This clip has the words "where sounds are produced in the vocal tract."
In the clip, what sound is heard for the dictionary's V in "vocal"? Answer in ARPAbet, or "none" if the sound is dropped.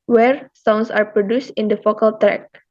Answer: F